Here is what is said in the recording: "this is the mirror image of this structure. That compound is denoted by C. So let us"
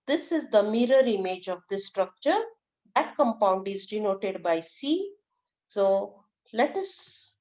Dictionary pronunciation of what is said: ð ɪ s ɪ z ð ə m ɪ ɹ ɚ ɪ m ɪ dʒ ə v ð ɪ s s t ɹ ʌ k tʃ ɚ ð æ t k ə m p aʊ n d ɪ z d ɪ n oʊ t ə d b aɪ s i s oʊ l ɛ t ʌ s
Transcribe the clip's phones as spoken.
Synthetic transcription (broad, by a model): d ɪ s ɪ z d ə m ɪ ɹ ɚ ɪ m ɪ dʒ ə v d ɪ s s t ɹ ʌ k tʃ ɚ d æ t k ə m p aʊ n d ɪ z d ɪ n oʊ t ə d b aɪ s i s oʊ l ɛ t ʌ s